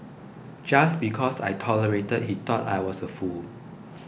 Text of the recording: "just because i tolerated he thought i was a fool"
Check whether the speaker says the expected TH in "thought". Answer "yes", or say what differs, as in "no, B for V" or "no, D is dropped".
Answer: no, T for TH